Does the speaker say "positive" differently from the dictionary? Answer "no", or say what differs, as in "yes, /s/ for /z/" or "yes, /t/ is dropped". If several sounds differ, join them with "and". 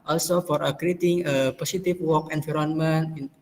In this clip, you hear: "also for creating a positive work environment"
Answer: yes, /s/ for /z/ and /f/ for /v/